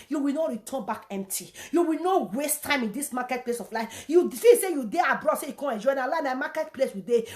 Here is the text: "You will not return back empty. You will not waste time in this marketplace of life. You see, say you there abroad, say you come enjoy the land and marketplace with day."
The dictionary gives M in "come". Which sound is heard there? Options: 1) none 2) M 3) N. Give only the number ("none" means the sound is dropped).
1